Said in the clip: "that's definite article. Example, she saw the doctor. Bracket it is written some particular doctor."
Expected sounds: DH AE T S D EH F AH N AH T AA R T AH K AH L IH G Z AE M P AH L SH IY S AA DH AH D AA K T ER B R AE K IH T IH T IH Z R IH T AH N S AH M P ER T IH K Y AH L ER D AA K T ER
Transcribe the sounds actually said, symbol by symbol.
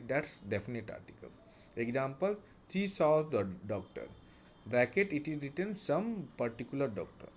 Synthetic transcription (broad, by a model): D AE T S D EH F AH N AH T AA R T AH K AH L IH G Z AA M P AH L S IY S AA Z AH D AA K T ER B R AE K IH T IH T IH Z R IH T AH N S AH M P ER T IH K Y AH L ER D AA K T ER